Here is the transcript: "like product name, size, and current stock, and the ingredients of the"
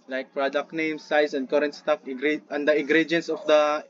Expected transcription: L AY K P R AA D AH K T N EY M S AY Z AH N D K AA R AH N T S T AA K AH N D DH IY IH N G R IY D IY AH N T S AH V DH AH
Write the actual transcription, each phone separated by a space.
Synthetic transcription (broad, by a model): L AY K P R AA D AH K T N EY M S AY S AH N D K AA R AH N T S T AA K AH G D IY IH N G R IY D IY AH N S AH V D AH